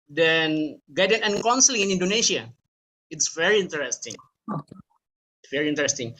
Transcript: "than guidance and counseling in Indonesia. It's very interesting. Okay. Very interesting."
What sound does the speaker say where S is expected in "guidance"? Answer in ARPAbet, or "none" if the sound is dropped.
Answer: none